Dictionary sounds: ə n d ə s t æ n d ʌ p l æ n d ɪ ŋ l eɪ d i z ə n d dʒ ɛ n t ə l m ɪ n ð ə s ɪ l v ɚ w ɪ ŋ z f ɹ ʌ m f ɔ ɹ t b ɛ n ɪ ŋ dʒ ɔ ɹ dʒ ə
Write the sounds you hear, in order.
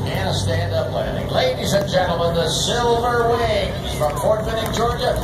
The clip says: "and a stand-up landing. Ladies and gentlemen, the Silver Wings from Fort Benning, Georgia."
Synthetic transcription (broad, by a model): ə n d ə s t æ n d ʌ p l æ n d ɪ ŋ l eɪ d i z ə n dʒ ɛ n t l m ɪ n ð ə s ɪ l v ɚ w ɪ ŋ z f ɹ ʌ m p ɔ ɹ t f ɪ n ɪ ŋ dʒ ɔ ɹ dʒ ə